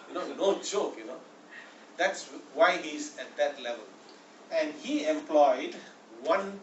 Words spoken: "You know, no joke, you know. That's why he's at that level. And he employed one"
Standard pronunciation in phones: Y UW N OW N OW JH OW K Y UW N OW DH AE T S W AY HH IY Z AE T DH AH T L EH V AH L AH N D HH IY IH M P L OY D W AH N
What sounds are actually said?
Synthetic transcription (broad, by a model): Y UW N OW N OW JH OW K Y UW N OW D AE T S W AY HH IY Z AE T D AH T L EH V AH L AH N D HH IY IH M P L OY D W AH N